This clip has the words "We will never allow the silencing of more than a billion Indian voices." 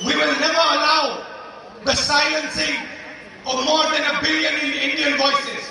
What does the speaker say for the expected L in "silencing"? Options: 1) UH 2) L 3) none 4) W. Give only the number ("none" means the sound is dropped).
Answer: 3